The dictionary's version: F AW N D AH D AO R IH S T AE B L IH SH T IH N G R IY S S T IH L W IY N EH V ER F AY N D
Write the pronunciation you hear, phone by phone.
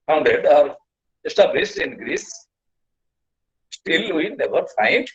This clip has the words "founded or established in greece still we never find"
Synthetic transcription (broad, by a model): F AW N D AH D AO R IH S T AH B IH S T IH N G R IY S S T IH L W IY N EH V ER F AY N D